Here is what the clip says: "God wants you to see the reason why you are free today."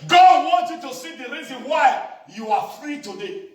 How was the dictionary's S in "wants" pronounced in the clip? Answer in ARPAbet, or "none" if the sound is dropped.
none